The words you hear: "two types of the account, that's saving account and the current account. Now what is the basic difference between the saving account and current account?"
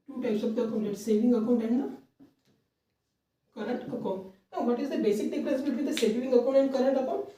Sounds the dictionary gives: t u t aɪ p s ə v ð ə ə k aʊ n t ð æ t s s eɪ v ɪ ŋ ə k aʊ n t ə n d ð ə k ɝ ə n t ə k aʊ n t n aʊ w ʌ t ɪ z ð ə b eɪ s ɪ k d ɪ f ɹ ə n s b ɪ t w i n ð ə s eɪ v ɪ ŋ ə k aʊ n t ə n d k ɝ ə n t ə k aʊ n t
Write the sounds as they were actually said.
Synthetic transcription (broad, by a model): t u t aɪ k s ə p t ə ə k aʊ n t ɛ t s s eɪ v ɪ ŋ ə k aʊ n t ə n d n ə k ɝ ə n t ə k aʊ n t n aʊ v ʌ t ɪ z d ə b eɪ s ɪ k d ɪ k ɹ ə s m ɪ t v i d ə s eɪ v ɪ ŋ ə k aʊ n t ə n d k ɝ ə n t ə k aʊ n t